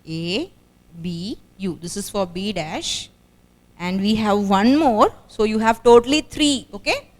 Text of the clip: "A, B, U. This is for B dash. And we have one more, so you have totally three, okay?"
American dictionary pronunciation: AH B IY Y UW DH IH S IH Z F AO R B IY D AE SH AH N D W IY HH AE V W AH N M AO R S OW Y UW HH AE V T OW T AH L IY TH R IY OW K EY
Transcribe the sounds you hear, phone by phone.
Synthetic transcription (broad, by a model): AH B IY Y UW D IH S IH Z F AO R B IY D AE SH AH N D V IY HH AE V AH N M AO R S OW Y UW HH AE V T OW T AH L IY T R IY OW K EY